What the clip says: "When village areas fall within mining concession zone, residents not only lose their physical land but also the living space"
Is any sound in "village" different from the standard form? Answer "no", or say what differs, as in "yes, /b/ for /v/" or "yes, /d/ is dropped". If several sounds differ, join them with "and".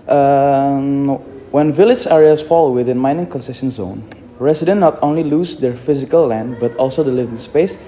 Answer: no